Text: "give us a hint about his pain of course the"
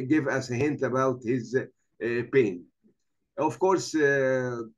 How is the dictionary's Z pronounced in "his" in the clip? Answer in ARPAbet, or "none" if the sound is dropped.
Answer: Z